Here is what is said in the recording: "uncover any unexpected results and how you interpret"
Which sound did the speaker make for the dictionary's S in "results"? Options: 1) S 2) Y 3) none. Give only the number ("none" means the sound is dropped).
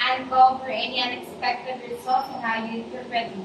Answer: 3